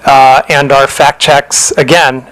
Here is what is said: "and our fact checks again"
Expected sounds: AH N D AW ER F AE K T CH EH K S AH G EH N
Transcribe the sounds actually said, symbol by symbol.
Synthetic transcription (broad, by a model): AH N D AW ER F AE K CH EH K S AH G EH N